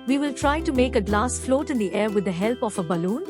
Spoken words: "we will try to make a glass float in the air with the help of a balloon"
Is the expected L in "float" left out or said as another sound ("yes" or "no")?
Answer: no